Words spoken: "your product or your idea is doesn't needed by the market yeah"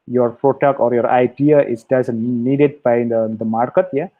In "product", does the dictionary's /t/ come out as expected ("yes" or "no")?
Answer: no